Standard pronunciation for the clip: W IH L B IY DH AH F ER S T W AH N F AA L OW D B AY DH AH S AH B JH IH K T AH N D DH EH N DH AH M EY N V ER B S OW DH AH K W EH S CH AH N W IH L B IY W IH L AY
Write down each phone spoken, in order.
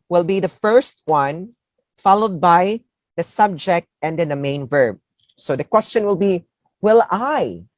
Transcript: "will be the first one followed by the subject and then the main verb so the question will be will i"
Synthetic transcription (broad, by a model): W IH L B IY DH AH F ER S T W AH N F AA L OW D B AY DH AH S AH B JH IH K T AH N D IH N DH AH M EY N V ER B S OW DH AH K W EH S CH AH N W IH L B IY W IH L AY